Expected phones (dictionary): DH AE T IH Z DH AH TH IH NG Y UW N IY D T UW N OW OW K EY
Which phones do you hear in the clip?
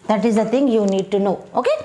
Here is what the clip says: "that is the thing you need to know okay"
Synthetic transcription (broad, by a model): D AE T IH Z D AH T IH NG Y UW N IY D T UW N OW OW K EY